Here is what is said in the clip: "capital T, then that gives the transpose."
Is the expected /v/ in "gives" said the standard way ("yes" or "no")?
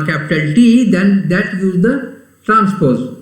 no